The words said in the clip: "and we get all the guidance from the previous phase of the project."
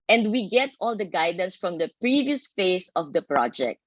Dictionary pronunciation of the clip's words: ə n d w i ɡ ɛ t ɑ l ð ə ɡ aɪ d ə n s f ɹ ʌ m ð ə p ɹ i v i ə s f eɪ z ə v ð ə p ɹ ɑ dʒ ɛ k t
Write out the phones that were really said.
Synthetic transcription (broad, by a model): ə n d w i ɡ ɛ t ɑ l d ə ɡ aɪ d ə n s f ɹ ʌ m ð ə p ɹ i v i ə s f eɪ s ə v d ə p ɹ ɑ dʒ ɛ k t